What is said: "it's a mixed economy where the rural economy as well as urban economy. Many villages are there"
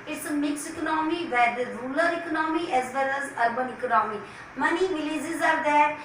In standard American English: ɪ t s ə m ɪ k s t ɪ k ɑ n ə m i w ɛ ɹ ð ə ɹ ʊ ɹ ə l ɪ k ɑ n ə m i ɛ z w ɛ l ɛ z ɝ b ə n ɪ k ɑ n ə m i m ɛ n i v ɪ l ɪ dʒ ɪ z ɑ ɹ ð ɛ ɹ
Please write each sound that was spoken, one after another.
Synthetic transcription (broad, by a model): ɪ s m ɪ k s ɪ k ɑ n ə m i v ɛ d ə ɹ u l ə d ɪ k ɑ n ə m i ɛ z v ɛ l ɛ z ɝ b ə n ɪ k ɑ n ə m i m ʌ n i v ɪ l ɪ z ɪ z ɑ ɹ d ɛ